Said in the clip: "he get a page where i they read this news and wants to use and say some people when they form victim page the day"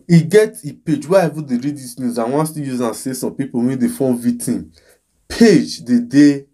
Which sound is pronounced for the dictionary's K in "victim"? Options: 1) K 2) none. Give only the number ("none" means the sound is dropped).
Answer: 2